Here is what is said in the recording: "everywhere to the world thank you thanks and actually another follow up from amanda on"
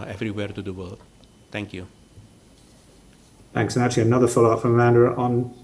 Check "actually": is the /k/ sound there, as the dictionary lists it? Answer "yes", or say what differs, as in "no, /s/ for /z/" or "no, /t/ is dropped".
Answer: no, /k/ is dropped